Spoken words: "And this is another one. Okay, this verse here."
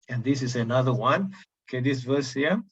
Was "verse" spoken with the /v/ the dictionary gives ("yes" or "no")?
yes